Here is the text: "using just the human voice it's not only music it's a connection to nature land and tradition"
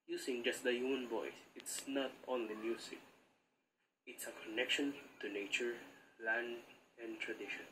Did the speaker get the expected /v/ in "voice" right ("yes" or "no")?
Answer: no